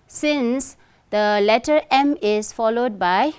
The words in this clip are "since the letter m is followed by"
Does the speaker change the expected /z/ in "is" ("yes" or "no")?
yes